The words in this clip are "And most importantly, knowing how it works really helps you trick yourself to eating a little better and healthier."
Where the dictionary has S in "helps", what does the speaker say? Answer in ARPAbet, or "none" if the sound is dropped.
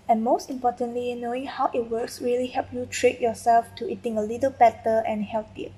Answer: none